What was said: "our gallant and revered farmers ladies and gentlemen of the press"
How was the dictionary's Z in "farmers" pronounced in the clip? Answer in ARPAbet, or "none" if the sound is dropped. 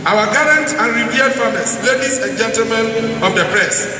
S